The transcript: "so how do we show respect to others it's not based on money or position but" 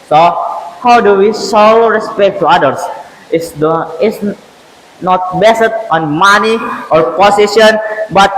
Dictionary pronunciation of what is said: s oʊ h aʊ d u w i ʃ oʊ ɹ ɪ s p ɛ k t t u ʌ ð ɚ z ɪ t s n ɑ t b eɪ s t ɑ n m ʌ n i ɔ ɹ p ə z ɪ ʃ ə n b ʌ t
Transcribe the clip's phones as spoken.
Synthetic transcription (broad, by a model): s oʊ h aʊ d u w i s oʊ ɹ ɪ s p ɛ k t t u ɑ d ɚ s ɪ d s n ɑ t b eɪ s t ɑ n m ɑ n i ɔ ɹ p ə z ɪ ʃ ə n b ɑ t